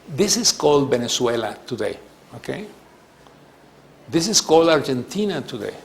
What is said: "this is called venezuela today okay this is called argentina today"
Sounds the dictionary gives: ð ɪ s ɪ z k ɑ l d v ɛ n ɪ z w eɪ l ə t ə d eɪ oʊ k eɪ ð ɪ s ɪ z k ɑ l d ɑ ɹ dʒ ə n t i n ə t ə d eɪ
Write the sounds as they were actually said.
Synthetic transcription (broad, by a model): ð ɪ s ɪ s k ɑ l d b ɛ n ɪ s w eɪ l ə t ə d eɪ oʊ k eɪ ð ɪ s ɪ s k ɑ l d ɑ ɹ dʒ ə n t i n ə t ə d eɪ